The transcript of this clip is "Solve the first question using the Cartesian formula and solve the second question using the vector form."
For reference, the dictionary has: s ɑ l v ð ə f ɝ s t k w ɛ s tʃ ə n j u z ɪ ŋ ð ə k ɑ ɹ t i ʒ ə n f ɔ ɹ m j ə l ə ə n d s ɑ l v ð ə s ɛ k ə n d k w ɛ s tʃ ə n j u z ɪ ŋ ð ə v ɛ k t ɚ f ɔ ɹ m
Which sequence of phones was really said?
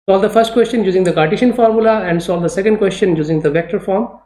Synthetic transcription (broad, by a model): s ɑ l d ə f ɝ s t k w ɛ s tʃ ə n j u z ɪ ŋ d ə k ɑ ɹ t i ʃ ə n f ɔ ɹ m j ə l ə ə n d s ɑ l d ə s ɛ k ə n d k w ɛ s tʃ ə n j u z ɪ ŋ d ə v ɛ k t ɚ f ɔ ɹ m